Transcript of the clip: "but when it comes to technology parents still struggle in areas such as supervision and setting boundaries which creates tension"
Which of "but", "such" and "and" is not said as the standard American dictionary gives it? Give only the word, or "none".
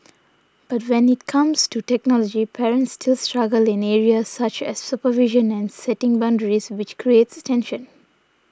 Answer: none